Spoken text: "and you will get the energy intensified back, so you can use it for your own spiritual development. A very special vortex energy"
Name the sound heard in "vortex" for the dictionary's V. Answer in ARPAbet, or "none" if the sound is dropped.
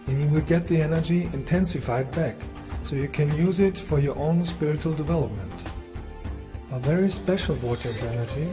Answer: W